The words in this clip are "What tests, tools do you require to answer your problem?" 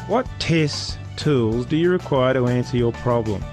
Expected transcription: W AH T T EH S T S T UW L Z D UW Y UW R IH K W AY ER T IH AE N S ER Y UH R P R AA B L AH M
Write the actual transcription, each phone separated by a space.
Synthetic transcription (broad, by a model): W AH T T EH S S T UW L Z D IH Y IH R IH K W AY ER T IH AE N S ER Y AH R P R AA B L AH M